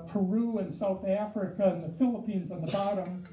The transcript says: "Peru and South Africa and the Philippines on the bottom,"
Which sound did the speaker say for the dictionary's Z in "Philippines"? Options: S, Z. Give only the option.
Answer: Z